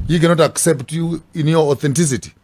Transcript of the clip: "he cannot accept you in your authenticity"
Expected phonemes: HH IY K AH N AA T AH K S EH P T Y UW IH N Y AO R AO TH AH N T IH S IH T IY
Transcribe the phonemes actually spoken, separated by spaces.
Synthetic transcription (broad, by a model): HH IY K AH N AA T AH K S EH P T Y UW IH N Y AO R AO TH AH N T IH S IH T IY